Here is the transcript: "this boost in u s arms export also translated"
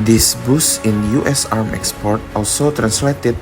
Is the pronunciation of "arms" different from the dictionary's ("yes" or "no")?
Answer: yes